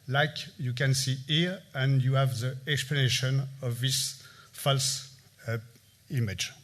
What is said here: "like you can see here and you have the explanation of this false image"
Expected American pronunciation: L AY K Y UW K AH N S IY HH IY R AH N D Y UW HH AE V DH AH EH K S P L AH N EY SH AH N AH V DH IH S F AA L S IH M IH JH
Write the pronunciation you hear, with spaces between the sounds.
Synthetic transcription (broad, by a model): L AY K Y UW K AH N S IY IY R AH N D Y UW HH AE V DH AH EH K S P L AH N EY SH AH N AH V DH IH S F AA L S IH M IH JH